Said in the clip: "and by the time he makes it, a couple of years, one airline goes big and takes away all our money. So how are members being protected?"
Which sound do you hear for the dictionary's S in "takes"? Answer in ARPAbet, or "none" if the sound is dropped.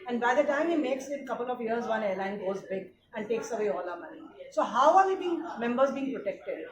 S